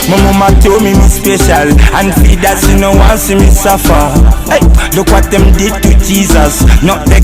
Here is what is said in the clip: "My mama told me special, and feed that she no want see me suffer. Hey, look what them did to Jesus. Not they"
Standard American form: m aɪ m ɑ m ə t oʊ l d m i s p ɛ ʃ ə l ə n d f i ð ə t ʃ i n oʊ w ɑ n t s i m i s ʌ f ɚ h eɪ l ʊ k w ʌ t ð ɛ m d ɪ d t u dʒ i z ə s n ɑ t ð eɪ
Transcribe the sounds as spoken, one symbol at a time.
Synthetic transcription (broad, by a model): m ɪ m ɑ m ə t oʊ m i m i s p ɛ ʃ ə l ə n f i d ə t s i n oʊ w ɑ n s i m i s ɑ f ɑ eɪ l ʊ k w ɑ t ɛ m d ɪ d t u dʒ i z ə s n ɑ t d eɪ